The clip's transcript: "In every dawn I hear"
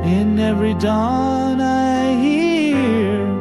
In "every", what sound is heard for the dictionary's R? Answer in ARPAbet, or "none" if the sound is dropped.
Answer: R